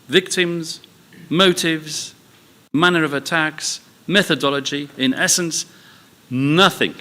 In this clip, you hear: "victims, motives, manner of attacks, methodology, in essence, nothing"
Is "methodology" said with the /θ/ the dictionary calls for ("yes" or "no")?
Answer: yes